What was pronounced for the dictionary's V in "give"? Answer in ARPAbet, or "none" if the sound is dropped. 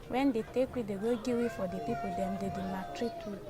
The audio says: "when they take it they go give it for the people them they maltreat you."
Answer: W